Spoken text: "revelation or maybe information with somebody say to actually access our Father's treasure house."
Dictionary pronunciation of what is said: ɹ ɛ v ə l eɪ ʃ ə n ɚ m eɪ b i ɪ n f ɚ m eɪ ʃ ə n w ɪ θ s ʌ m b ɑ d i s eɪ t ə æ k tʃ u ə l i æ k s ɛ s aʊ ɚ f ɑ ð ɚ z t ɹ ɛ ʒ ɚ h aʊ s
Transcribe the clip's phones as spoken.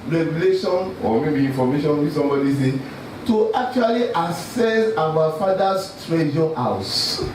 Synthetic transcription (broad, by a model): ɹ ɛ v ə l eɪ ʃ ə n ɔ m eɪ b i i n f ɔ m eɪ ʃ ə n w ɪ s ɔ m b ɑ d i s eɪ t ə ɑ k tʃ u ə l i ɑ s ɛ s aʊ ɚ f ɑ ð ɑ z t ɹ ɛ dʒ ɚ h aʊ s